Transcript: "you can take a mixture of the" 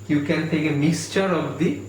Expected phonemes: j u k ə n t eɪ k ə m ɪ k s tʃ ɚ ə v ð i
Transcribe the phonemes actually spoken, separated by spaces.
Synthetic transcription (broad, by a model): j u k ə n t eɪ k ə m ɪ k s tʃ ɚ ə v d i